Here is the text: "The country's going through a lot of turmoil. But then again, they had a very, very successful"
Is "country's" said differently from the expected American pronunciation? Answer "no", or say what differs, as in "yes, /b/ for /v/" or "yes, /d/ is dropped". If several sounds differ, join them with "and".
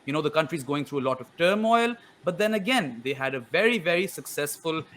no